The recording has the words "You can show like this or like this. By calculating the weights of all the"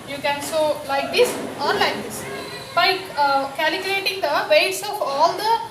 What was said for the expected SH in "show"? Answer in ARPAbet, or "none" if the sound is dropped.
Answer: S